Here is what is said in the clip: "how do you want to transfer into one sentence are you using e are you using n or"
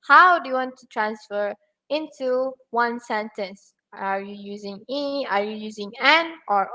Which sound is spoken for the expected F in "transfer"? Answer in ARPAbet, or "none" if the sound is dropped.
F